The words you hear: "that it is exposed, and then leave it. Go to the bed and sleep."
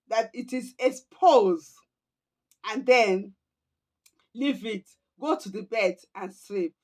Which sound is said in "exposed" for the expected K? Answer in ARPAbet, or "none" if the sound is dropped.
none